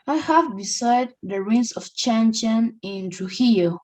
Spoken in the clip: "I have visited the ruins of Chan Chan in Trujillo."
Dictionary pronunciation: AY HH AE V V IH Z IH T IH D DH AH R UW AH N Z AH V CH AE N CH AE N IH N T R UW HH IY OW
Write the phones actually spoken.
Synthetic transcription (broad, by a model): AY HH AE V B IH S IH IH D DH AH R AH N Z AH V CH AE N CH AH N IH N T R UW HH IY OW